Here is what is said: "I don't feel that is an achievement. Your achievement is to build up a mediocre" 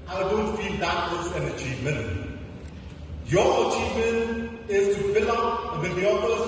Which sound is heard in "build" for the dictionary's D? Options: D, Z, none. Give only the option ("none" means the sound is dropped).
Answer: none